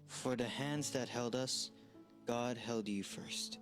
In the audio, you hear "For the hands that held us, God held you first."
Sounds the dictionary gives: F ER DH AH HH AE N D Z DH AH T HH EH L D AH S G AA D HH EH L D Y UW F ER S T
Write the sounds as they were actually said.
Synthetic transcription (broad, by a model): F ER DH AH HH AE N D Z DH AH T HH EH L D AH S G AA D HH EH L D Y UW F ER S T